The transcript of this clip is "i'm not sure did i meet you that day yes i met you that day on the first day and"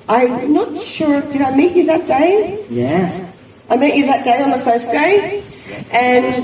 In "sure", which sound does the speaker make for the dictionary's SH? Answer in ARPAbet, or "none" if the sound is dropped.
SH